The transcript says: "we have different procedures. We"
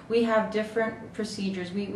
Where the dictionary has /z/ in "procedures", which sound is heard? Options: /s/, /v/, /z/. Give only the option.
/z/